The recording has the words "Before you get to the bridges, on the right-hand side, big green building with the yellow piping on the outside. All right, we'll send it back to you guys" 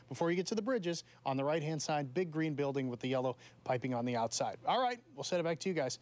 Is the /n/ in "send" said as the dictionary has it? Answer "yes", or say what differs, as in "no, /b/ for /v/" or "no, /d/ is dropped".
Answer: no, /n/ is dropped